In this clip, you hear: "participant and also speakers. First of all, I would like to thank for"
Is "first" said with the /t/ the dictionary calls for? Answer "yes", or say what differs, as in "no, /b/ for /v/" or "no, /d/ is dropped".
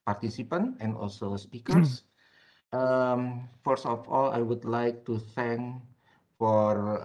no, /t/ is dropped